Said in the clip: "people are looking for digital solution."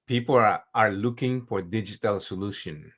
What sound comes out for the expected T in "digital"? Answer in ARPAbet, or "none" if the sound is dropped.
T